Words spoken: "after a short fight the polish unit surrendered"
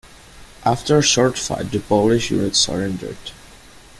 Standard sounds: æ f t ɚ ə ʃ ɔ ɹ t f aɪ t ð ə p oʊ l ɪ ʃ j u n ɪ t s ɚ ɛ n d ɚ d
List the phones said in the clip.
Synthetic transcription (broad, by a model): æ f t ɚ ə ʃ ɔ ɹ t f aɪ t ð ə p oʊ l ɪ ʃ j u n ɪ t s ɚ ɛ n d ɚ d